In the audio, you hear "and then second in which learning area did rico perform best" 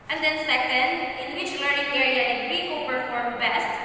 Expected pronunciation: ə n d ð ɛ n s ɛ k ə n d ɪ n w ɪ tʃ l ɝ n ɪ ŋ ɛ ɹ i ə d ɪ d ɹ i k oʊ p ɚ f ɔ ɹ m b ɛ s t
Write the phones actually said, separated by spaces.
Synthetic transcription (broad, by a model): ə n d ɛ n s ɛ k ə n d ɪ n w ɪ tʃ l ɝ ɪ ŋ ɛ ɹ i ə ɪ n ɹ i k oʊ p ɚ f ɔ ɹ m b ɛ s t